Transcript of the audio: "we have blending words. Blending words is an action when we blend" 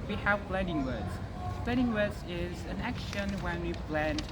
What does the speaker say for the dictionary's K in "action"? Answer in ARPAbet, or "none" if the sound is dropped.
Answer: K